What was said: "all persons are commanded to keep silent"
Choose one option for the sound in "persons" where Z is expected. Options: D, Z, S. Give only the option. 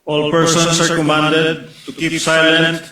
S